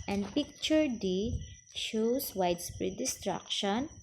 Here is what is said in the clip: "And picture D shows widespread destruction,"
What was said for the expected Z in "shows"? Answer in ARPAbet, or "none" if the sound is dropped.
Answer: S